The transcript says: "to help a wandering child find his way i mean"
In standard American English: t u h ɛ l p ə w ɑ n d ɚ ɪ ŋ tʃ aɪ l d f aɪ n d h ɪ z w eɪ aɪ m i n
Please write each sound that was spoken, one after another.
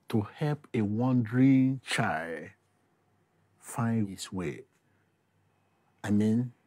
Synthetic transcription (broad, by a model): t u h ɛ l p ə w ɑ n d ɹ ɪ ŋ tʃ aɪ l d f aɪ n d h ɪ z w eɪ aɪ m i n